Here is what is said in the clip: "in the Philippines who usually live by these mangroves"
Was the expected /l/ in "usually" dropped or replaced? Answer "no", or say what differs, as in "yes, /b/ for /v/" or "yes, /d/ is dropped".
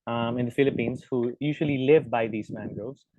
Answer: no